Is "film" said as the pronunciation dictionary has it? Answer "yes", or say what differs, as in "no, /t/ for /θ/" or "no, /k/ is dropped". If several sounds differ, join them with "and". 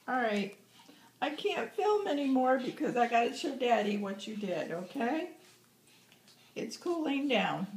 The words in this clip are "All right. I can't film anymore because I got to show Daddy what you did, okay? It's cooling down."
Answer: yes